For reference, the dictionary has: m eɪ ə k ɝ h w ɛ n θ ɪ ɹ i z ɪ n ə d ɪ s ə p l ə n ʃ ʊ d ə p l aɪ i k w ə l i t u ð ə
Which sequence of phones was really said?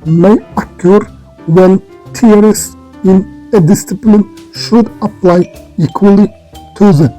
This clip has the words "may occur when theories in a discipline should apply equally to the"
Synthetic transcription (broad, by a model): m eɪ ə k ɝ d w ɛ n t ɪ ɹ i s ɪ n ə d ɪ s ə p l ə n ʃ ʊ d ə p l aɪ i k w ə l i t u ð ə